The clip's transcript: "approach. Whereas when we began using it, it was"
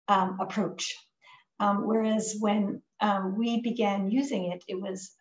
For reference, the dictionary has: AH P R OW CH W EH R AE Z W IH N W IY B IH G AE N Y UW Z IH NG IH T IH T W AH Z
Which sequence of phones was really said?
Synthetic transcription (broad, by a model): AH P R OW CH W EH R AE Z W IH N W IY B IH G AE N Y UW Z IH NG IH T IH T W AH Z